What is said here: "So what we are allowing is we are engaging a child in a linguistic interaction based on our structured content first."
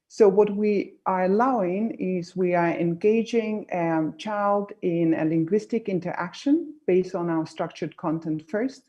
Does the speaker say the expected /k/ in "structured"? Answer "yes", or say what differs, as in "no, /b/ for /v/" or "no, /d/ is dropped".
yes